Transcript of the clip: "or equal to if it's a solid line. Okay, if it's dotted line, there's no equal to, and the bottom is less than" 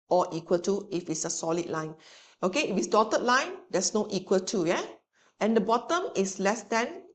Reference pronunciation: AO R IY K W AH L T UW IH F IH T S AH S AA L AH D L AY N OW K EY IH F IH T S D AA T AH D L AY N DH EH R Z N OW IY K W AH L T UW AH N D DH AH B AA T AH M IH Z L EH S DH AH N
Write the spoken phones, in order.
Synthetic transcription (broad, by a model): AO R IY K W AH L T UW IH F IH T S AH S AA L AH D L AY N OW K EY IH F IH T S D AA T AH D L AY N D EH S N OW IY K W AH L T UW AH N D AH B AA T AH M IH S L EH S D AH N